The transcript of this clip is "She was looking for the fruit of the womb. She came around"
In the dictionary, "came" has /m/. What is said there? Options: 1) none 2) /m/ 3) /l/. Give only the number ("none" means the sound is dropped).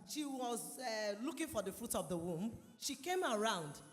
2